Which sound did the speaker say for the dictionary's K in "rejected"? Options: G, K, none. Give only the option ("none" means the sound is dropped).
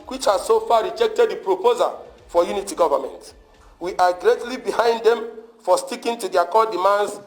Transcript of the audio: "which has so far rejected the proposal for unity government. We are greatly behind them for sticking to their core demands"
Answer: K